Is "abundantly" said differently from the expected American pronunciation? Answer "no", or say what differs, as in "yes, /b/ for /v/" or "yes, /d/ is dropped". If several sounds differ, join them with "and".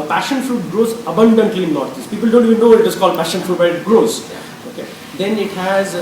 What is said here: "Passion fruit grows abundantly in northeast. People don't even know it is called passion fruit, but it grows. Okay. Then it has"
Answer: no